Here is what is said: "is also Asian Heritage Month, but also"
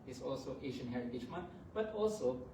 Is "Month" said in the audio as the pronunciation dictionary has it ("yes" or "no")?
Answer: no